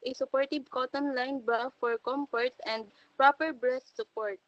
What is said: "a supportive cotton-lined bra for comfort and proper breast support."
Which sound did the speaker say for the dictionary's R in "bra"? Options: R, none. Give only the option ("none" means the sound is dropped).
none